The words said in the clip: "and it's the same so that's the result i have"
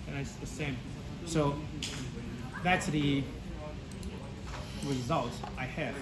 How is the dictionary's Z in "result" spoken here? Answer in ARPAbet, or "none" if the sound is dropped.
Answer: Z